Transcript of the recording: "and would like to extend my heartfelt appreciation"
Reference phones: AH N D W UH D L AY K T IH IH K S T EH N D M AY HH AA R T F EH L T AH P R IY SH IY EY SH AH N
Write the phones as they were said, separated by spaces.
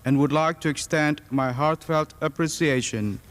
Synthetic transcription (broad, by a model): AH N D W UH D L AY K T IH IH K S T EH N D M AY HH AA R T F EH L T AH P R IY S IY EY SH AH N